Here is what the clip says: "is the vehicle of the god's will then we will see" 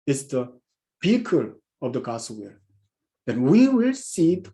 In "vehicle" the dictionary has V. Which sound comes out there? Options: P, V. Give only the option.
P